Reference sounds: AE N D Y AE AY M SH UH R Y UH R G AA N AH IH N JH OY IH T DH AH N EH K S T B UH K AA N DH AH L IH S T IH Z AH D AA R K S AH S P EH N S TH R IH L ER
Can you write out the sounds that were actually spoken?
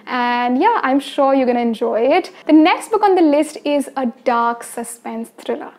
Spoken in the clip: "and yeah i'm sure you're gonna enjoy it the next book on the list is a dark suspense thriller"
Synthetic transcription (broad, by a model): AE N D Y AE AY M SH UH R Y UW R G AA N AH IH N JH OY IH T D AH N EH K S T B UH K AA N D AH L IH S T IH Z AH D AA R K S AH S P EH N S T R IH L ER